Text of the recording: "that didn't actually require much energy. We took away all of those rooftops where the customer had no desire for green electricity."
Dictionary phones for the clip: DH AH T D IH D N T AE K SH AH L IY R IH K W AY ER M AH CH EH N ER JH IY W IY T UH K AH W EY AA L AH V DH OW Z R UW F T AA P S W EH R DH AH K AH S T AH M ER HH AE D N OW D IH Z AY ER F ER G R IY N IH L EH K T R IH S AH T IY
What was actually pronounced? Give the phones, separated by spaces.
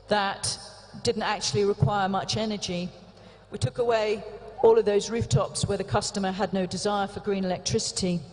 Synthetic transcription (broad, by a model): DH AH T D IH D N T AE K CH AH L IY R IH K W AY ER M AH CH EH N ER JH IY W IY T UH K AH W EY AA L AH V DH OW Z R UW F T AA P S W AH R DH AH K AH S T AH M ER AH D N OW D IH Z AY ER F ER G R IY N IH L EH K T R IH S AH T IY